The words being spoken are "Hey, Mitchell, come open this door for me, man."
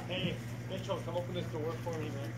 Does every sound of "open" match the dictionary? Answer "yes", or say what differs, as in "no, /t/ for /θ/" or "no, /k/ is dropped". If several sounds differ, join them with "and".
yes